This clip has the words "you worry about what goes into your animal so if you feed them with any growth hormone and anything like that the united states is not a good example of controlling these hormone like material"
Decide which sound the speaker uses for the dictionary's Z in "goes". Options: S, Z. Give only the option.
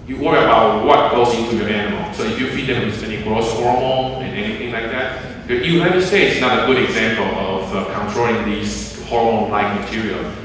S